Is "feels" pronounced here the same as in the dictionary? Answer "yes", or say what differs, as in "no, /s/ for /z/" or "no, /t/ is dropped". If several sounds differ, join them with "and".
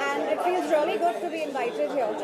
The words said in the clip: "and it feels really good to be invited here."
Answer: yes